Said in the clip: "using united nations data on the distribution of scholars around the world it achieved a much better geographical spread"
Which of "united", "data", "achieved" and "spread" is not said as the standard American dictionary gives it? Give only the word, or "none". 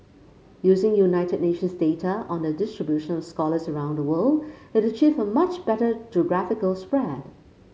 achieved